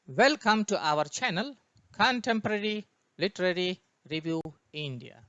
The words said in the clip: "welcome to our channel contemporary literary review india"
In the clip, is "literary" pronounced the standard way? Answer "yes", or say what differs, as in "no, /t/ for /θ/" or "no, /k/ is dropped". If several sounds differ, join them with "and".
yes